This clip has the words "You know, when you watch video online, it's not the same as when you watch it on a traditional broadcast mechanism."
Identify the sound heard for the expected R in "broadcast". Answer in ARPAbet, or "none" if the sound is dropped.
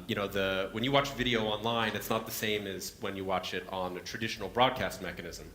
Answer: R